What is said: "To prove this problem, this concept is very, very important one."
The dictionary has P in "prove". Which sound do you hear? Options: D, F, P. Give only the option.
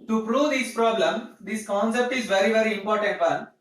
P